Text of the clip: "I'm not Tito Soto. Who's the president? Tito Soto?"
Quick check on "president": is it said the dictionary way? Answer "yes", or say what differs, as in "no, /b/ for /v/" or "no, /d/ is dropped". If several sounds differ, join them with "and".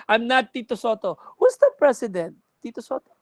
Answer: no, /s/ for /z/